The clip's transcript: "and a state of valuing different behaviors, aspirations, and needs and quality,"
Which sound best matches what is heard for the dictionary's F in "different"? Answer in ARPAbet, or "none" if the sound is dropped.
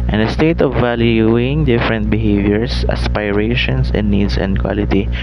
F